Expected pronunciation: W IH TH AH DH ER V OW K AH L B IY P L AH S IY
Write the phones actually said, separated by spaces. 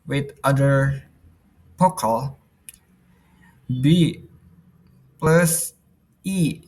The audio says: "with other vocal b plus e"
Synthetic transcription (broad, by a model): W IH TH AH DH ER P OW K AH L B IY P L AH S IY